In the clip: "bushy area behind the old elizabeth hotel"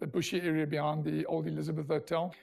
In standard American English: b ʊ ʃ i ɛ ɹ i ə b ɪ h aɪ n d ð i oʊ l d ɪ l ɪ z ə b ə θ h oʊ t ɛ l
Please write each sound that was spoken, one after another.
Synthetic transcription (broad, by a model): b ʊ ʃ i ɛ ɹ i ə b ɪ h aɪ n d ð i oʊ l d ɪ l ɪ z ə b ə θ h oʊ t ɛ l